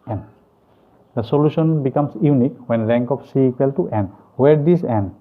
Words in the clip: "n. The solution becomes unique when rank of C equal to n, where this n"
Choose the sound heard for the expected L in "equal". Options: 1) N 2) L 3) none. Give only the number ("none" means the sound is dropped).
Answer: 2